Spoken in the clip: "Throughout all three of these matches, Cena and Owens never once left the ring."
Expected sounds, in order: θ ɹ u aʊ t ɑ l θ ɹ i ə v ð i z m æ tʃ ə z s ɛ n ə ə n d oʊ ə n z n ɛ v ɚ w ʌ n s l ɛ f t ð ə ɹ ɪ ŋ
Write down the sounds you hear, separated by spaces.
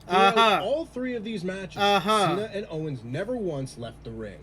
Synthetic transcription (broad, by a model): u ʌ ɑ l θ ɹ i ə v ð i z m æ tʃ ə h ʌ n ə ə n oʊ ə n z n ɛ v ɚ w ʌ n s l ɛ f t ð ə ɹ ɪ ŋ